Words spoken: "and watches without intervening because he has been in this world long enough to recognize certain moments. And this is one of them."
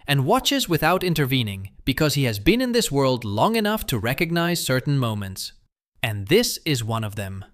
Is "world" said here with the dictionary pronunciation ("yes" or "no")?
yes